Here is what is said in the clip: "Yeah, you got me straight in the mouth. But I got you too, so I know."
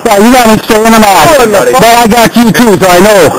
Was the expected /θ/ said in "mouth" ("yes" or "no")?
no